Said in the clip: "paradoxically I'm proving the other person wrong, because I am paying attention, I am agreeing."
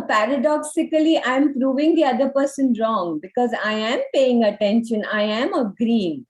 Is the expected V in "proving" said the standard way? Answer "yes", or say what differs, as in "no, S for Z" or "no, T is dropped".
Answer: yes